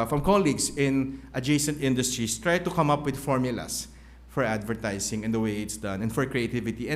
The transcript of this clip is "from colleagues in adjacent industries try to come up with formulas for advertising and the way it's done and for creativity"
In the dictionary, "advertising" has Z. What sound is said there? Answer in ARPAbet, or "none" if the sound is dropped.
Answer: S